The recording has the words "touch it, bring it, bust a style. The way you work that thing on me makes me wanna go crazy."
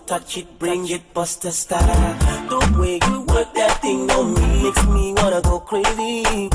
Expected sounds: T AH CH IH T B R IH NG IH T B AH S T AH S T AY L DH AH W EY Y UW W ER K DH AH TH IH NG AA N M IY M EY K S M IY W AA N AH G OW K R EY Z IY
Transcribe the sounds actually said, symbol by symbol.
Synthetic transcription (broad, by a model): T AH CH IH T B R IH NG IH T B AH S T AH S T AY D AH W EY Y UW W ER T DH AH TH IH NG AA M IY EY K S M IY W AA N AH G OW K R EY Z IY